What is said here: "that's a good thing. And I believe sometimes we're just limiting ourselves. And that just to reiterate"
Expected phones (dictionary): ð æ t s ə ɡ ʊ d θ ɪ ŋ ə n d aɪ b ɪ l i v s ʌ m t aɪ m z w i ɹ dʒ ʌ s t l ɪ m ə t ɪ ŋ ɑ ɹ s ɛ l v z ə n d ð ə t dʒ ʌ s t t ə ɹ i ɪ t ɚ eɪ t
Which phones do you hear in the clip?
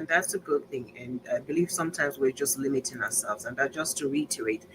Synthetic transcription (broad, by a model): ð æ t s ə ɡ ʊ d θ ɪ ŋ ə n aɪ b ɪ l i v s ʌ m t aɪ m z w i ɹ dʒ ʌ s t l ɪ m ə t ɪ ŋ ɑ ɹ s ɛ l v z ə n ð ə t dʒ ʌ s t t ə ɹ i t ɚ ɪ t